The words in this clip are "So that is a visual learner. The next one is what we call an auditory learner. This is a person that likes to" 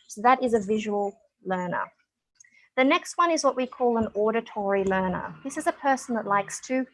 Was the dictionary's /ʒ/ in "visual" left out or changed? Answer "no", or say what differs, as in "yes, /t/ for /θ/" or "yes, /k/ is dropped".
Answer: no